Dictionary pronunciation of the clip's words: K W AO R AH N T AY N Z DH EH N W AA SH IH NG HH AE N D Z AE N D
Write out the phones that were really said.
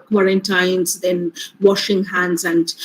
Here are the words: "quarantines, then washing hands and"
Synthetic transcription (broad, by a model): K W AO R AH N T AY N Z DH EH N W AA SH IH NG HH AE N D Z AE N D